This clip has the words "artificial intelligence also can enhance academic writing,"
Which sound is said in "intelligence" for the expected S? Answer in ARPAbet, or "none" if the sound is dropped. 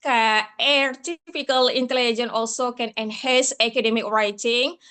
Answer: none